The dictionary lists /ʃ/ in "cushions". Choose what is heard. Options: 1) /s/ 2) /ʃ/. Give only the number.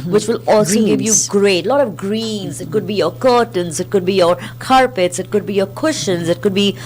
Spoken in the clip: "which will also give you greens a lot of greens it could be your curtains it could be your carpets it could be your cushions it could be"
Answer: 2